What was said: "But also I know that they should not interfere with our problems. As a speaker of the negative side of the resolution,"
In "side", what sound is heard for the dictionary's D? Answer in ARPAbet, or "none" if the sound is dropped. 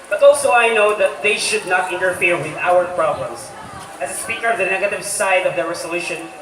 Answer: D